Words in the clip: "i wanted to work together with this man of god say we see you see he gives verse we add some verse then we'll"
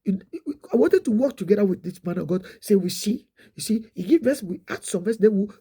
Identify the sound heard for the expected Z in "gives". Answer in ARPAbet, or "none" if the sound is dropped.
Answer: none